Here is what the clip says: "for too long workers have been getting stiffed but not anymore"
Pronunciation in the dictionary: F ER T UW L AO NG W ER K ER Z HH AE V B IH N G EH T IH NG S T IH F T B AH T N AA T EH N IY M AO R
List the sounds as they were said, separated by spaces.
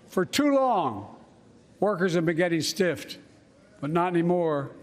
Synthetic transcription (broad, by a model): F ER T UW L AO NG W ER K ER Z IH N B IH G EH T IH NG S T IH F T B AH T N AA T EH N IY M AO R